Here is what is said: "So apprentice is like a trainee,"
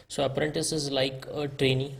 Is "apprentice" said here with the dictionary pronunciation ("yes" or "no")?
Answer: yes